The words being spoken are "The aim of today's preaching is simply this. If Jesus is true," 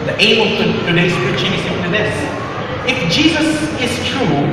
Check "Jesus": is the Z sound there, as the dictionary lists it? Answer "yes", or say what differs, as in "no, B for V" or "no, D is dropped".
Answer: yes